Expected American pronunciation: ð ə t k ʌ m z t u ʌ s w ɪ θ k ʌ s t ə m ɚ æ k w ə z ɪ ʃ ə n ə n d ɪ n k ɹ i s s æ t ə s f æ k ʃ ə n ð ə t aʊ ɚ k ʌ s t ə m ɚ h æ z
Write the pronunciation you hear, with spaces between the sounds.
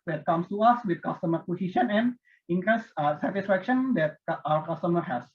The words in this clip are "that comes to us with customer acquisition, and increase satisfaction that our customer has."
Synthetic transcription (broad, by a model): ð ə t k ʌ m s t u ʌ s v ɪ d k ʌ s t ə m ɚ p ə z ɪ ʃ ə n ə n d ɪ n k ɹ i s s æ t ə s f æ k ʃ ə n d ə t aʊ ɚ k ʌ s t ə m ɚ h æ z